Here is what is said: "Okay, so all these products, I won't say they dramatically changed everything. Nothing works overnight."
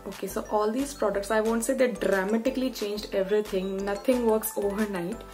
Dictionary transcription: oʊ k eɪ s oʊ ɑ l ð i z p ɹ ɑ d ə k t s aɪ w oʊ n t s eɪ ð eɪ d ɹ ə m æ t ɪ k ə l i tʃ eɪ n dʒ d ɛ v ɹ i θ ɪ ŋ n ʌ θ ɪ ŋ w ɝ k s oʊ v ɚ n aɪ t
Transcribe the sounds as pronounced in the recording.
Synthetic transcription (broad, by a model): oʊ k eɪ s oʊ ɑ l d i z p ɹ ɑ d ə k t s aɪ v oʊ n t s eɪ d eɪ d ɹ ə m æ t ɪ k ə l i tʃ eɪ n dʒ d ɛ v ɹ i t ɪ ŋ n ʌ t ɪ ŋ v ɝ k s oʊ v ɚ n aɪ t